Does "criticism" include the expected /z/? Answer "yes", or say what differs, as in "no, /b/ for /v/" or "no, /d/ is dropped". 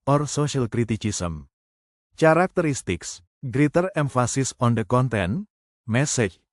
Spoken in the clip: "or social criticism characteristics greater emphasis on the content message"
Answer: no, /s/ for /z/